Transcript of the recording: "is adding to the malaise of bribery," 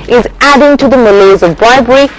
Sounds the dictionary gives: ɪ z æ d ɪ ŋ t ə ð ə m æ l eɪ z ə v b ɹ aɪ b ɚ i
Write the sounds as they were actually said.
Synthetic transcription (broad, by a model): ɪ z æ d ɪ ŋ t ə ð ə m æ l eɪ z ə v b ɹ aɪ b ɚ i